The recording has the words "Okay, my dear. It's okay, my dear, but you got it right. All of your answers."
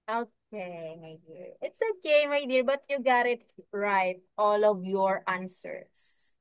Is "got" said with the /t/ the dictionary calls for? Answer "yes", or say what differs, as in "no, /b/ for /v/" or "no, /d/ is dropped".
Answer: yes